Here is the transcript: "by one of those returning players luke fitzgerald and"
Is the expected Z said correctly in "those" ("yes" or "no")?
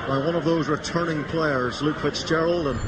yes